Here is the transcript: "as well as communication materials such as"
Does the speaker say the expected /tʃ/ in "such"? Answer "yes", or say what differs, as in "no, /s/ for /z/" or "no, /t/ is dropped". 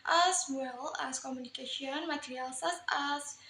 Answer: no, /s/ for /tʃ/